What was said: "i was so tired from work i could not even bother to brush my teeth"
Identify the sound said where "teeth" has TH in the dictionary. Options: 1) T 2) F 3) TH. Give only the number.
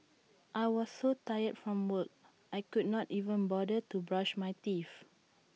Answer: 2